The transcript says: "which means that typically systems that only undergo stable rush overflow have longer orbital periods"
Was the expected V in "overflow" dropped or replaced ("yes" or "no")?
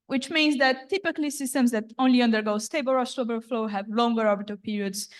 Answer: yes